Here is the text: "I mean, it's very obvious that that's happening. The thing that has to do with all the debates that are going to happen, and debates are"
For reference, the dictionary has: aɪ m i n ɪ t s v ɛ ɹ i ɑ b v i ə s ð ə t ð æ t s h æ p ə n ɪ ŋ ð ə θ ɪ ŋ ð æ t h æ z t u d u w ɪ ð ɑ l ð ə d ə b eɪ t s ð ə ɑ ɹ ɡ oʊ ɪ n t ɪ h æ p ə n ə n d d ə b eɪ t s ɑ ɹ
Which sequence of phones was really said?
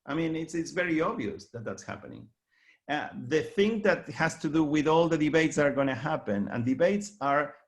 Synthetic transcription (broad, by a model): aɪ m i n ɪ t s v ɛ ɹ i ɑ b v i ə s ð ə t ð æ t s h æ p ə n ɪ ŋ ð ə θ ɪ ŋ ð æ t h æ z t u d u w ɪ ð ɑ l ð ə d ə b eɪ t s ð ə ɑ ɹ ɡ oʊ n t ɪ h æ p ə n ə n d d ə b eɪ t s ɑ ɹ